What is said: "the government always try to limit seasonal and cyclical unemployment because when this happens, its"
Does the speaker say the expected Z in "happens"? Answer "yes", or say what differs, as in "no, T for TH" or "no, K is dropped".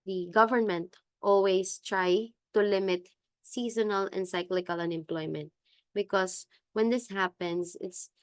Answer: no, S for Z